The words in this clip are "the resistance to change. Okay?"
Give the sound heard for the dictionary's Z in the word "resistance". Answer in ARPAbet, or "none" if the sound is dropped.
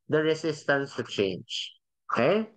S